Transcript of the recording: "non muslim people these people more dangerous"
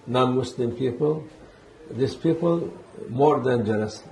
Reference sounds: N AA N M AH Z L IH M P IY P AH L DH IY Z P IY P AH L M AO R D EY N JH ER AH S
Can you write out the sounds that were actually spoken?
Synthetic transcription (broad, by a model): N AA N M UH S L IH M P IY P AH L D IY S P IY P AH L M AO R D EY N JH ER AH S